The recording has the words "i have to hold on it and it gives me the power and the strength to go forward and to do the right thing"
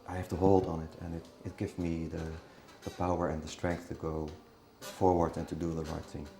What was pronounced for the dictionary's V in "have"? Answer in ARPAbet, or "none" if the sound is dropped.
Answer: F